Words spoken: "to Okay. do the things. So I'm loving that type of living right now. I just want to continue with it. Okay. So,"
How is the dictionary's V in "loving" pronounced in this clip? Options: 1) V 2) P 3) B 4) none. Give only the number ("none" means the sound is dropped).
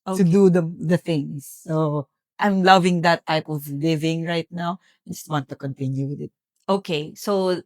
1